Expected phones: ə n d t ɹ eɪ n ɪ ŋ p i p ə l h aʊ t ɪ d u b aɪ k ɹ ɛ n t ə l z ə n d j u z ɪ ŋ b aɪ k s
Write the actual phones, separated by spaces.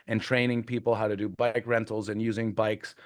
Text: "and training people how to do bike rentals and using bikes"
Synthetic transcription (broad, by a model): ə n t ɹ eɪ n ɪ ŋ p i p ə l h aʊ t ɪ d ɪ b aɪ k ɹ ɛ n t l z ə n j u z ɪ ŋ b aɪ k s